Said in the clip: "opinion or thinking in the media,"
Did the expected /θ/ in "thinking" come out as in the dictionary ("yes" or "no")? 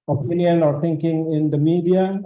no